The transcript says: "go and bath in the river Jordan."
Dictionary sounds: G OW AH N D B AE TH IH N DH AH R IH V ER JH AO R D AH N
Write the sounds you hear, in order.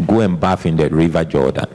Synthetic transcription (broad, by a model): G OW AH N B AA F IH N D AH R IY V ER JH AO D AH N